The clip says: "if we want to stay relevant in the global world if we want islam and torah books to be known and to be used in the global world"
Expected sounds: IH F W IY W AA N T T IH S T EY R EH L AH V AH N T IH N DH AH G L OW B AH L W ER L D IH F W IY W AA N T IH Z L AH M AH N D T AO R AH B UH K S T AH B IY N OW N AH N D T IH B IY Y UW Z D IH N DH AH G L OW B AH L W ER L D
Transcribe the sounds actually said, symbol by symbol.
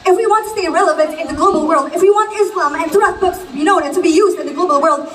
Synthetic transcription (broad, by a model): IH F W IY W AA N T T IH S T EY R EH L AH V AH N T IH N DH AH G L OW B L W ER L D IH F W IY W AA N T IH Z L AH M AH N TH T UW AH B UH K S T AH B IY N OW N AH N T IH B IY Y UW Z D IH N DH AH G L OW B L W ER L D